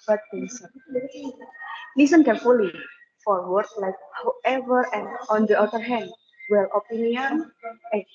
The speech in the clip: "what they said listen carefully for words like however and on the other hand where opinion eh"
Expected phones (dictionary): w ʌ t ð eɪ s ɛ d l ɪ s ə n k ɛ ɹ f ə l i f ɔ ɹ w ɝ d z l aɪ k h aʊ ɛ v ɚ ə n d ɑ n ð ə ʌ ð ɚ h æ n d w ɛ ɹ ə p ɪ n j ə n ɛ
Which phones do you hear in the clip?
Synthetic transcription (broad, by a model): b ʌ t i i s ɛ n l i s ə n k ɛ ɹ f ə l i f ɔ ɹ w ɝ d l aɪ k h aʊ ɛ v ɚ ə n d ɑ n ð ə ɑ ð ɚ h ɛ n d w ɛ l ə p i n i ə n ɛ